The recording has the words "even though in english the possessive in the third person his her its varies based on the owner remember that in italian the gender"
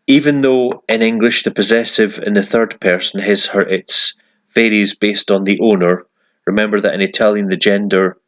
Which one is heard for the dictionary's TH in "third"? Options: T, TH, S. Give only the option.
TH